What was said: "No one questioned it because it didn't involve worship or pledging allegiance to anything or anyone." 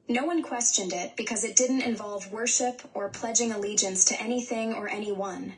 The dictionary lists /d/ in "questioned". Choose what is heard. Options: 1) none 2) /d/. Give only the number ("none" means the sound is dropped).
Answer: 2